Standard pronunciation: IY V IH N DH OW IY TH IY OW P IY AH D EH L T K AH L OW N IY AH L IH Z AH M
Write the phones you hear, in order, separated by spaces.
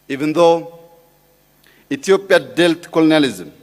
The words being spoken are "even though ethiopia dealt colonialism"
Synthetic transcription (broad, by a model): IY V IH N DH OW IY T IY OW P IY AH D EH L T K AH L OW N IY L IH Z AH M